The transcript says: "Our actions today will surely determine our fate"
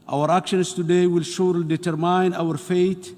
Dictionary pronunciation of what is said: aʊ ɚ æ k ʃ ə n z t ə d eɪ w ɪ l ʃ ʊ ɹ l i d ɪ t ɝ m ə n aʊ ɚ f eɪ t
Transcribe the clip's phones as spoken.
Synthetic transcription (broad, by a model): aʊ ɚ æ k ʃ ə n s t ə d eɪ w ɪ l ʃ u ɹ l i d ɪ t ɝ m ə n aʊ ɚ f eɪ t